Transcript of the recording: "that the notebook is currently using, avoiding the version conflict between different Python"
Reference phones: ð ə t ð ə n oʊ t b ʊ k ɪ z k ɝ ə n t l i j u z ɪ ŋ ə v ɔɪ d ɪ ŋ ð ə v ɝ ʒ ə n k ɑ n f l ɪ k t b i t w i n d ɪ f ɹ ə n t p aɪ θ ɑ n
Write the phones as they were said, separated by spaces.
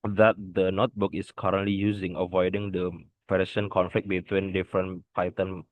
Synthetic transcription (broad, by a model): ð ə t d ə n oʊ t b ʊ k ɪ s k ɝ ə n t l i j u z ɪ ŋ ə v ɔɪ d ɪ ŋ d ə p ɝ ʃ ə n k ɑ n f l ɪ k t b i t w i n d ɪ f ɹ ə n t p aɪ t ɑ n